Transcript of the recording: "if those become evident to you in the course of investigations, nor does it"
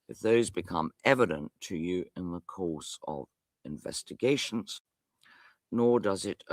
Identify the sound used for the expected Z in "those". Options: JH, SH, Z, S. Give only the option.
Z